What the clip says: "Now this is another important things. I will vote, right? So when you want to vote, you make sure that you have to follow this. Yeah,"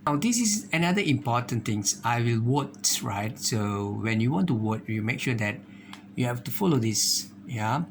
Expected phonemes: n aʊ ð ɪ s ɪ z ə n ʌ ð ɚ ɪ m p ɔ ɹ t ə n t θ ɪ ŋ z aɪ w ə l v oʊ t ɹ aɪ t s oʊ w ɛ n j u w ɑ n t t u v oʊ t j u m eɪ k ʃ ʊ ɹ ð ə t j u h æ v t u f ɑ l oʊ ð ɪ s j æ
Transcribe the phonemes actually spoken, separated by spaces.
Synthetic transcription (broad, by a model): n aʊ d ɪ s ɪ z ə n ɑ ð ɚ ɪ m p ɔ t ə n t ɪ ŋ s aɪ w ə l w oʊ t ɹ aɪ t s oʊ w ɛ n j u w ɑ n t t u w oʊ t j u m eɪ k ʃ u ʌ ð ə t j u h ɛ f t u f ɑ l oʊ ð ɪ s j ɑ